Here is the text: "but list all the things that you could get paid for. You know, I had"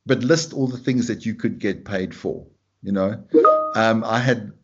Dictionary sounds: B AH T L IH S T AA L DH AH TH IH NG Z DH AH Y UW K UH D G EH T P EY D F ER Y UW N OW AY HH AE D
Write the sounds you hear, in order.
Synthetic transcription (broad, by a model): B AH T L IH S T AA L DH AH TH IH NG Z DH AH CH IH K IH D G EH T P EY D F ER Y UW N OW AY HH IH D